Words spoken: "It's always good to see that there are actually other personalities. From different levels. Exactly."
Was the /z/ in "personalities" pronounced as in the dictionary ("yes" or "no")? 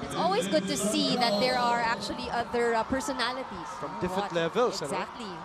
no